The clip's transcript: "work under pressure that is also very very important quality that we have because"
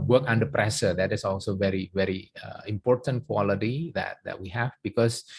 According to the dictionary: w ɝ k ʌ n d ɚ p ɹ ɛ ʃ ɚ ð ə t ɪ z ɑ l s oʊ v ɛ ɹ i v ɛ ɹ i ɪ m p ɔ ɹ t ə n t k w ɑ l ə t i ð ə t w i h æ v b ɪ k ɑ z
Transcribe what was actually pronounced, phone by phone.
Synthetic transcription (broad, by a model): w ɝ k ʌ n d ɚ p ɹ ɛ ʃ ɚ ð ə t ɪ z ɑ l s oʊ v ɛ ɹ i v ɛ ɹ i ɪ m p ɔ ɹ t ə n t k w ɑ l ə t i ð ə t w i h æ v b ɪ k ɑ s